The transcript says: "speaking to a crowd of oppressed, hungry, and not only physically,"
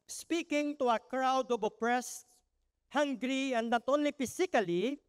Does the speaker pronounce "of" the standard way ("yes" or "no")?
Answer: no